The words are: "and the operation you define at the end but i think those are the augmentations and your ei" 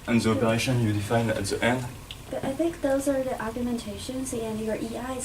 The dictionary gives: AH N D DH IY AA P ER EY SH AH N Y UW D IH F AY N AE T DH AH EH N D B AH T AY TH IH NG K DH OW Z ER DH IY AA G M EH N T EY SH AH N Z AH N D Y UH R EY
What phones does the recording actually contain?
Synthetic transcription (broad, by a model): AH N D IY AA P ER EY SH AH N Y UW D IH F AY N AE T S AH EH N D B AH T AY TH IH NG K DH OW Z ER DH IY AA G M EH N T EY SH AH N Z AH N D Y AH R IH